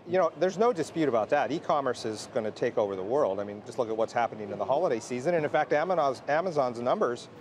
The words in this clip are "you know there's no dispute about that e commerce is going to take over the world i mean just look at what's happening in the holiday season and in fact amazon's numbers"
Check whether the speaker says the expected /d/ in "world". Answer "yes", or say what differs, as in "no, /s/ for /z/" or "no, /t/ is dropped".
yes